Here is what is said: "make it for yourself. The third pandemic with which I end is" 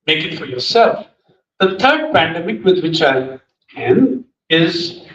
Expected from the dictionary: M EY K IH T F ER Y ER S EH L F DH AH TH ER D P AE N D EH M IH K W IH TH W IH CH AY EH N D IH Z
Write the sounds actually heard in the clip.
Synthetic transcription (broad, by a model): M EY K IH T F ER Y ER S EH L F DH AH T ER D P AE N D EH M IH K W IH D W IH CH AY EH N IH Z